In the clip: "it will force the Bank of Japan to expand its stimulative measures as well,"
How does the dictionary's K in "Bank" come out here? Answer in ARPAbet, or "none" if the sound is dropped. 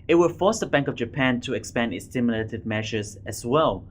K